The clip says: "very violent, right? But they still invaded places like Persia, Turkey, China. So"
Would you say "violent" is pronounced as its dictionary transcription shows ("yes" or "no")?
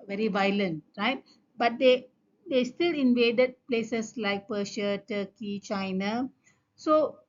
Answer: yes